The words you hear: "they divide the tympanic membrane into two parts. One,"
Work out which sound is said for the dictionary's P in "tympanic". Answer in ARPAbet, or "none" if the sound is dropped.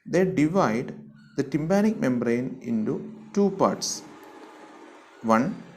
B